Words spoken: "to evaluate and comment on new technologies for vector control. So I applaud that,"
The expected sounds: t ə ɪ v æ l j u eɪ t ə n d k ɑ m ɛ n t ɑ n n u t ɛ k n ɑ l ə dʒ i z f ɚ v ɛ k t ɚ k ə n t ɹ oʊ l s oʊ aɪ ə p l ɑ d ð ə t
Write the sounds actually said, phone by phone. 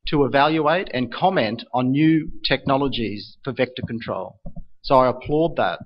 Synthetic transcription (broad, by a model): t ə ɪ v æ l j u eɪ t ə n k ɑ m ɛ n t n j u t ɛ k n ɑ l ə dʒ i z f ɚ v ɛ k t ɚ k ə n t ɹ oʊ l s oʊ aɪ ə p l ɑ d ð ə t